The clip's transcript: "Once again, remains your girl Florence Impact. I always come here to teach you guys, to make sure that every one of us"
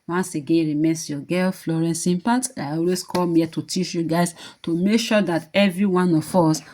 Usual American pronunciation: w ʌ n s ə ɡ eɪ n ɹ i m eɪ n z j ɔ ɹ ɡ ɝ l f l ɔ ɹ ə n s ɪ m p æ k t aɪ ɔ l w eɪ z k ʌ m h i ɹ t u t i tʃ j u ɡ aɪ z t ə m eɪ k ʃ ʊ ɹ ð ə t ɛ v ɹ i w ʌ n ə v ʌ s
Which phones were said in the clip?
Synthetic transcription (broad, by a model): w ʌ n s ə ɡ eɪ n ɹ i m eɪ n s j ɔ ɡ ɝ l f l ɔ ɹ ə n s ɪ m p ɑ t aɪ ɔ l w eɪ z k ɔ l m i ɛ t u t i tʃ j u ɡ aɪ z t ə m eɪ k ʃ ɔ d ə t ɛ v ɹ i w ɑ n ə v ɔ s